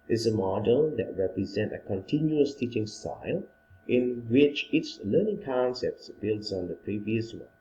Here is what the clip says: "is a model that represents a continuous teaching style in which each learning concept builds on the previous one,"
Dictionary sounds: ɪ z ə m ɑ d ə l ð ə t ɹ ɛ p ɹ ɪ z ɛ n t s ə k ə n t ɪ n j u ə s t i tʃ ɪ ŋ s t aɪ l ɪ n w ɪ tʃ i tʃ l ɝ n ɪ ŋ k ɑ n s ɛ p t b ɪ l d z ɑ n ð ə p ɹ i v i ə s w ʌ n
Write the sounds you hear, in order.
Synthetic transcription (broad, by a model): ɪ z ə m ɑ d ə l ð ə t ɹ ɛ p ɹ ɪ z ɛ n t ə k ə n t ɪ n j u ə s t i tʃ ɪ ŋ s t aɪ l ɪ n w ɪ tʃ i s l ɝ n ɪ ŋ k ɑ n s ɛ p t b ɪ l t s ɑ n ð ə p ɹ i v i ə s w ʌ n